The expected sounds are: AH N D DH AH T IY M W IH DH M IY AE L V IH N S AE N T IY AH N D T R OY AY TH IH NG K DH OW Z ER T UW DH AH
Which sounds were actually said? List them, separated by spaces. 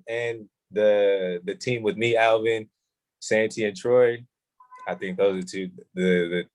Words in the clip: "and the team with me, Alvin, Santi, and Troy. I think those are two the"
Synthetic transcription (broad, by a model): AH N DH DH AH T IY M W IH DH M IY AE L V IH N S AE N T IY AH N T R OY AY TH IH NG K DH OW Z ER T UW DH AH